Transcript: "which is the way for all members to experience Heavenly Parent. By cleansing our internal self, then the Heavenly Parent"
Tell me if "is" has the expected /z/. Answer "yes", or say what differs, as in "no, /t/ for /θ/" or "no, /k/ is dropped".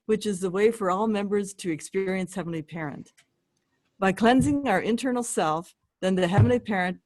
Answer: yes